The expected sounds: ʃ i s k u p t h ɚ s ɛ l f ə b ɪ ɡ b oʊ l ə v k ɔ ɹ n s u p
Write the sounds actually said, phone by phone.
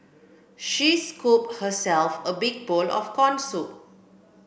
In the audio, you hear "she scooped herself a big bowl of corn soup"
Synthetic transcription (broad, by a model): ʃ i s k u p t h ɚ s ɛ l f ə b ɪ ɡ b oʊ l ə f k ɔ n s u